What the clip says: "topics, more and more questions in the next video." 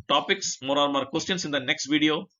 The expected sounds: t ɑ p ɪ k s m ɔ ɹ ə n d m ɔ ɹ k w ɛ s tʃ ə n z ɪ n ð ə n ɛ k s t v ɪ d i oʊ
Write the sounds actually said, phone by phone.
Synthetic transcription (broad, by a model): t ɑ p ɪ k s m ɔ ɹ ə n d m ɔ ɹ k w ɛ s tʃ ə n s ɪ n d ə n ɛ k s t v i d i oʊ